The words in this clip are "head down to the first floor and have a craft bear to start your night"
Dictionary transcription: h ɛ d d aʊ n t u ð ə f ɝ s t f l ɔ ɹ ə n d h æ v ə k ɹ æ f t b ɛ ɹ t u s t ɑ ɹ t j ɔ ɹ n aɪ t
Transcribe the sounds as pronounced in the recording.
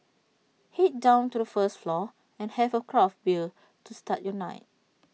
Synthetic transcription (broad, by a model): h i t d aʊ n t u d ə f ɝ s t f l ɔ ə n h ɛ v ə k ɹ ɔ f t b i l t u s t ɑ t j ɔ n aɪ t